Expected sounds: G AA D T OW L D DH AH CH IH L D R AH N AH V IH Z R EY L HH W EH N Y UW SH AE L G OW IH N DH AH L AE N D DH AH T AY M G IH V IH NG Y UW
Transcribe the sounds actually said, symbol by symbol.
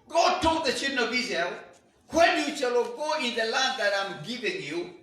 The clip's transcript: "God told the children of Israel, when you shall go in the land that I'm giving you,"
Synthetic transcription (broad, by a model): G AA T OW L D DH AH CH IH D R N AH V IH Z EY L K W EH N Y UW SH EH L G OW IH N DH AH L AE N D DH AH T AY M G IH V IH NG Y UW